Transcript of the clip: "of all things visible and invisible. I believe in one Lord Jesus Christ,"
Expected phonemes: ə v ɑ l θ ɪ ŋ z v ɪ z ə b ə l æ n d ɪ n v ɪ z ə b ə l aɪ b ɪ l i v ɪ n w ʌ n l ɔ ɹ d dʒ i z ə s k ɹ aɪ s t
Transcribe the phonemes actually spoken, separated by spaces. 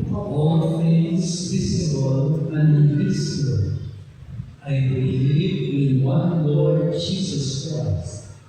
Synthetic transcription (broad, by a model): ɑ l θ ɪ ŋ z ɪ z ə ə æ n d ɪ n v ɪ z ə ə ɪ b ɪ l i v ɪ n w ʌ n l ɔ ɹ d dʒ i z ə s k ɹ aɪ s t